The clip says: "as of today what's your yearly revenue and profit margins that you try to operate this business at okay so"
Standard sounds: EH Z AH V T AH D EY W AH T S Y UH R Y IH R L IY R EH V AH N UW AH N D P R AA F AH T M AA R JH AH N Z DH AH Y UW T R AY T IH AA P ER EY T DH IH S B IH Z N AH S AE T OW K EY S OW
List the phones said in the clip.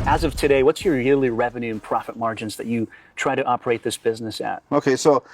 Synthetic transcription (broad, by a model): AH Z AH V T AH D EY W AH T S Y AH R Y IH L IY R EH V AH N UW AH N P R AA F AH T M AA R JH AH N Z DH AH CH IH T R AY T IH AA P ER EY T DH IH S B IH Z N AH S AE T OW K EY S OW